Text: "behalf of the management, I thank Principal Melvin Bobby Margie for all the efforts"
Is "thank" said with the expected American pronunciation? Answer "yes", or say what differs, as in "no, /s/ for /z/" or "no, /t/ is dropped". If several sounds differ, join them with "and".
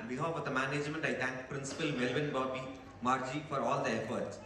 no, /t/ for /θ/